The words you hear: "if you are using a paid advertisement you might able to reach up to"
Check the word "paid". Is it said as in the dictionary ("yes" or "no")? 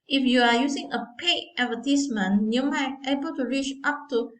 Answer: no